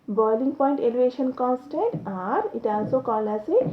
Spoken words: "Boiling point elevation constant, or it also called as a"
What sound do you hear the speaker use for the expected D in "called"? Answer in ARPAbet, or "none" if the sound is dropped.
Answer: none